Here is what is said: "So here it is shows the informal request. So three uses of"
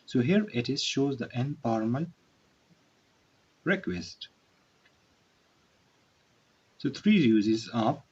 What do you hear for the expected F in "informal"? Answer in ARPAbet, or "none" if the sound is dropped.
P